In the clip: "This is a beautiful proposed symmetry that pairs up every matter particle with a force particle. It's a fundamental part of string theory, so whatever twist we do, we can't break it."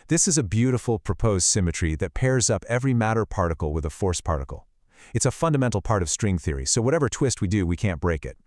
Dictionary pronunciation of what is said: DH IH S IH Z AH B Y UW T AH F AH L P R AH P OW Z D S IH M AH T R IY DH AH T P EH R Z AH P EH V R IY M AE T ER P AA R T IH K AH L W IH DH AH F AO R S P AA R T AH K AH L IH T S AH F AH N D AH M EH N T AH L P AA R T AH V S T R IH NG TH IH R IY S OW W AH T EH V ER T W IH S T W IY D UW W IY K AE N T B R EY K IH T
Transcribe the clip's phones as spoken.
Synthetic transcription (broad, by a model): DH IH S IH Z AH B Y UW T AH F L P R AH P OW Z D S IH M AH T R IY DH AH T P EH R Z AH P EH V R IY M AE T ER P AA R T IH K L W IH DH AH F AO R S P AA R T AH K L IH T S AH F AH N D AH M EH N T L P AA R T AH V S T R IH NG TH IH R IY S OW W AH T EH V ER T W IH S T W IY D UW W IY K AE N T B R EY K IH T